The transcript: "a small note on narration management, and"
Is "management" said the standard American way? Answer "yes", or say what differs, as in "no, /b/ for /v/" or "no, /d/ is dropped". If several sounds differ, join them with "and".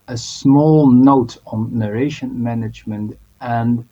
yes